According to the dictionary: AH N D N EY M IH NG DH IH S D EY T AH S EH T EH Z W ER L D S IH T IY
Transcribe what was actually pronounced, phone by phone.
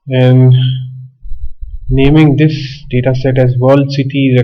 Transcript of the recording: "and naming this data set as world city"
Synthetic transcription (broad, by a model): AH N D N EY M IH NG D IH S D EY T AH S EH T EH Z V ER L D S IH T IY